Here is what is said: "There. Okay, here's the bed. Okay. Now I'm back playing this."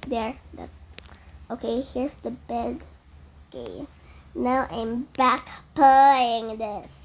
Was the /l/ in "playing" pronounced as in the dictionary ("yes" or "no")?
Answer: no